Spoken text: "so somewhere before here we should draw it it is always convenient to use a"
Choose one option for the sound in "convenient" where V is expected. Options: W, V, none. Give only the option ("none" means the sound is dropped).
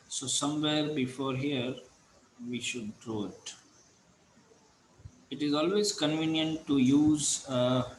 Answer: V